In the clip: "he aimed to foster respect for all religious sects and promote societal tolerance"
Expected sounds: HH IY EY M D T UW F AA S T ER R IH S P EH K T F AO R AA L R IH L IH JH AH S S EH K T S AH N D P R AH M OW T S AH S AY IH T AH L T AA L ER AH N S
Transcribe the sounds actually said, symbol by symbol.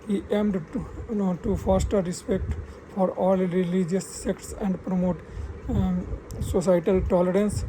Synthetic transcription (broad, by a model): HH IY EY M D T UW F AA S T ER R IH S P EH K T F AO R AA L R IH L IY JH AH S S EH K T S AH N D P R AH M OW T S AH S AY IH T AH L T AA L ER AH N S